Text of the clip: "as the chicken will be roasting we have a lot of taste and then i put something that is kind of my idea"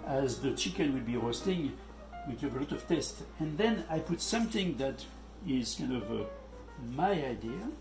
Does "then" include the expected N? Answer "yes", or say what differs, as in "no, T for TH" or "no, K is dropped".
yes